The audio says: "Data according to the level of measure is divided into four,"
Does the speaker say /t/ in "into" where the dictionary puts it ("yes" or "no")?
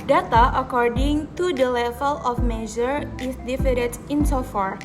no